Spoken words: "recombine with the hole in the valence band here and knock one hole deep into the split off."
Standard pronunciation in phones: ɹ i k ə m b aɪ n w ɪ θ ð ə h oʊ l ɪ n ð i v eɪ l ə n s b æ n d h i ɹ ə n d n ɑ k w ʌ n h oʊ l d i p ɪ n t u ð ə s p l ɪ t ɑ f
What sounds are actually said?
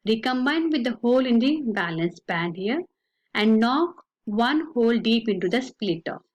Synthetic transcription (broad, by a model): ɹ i k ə m b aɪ n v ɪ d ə h oʊ l ɪ n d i b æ l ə n s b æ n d h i ɹ ə n d n ɑ k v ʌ n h oʊ l d i p ɪ n t u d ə s p l ɪ t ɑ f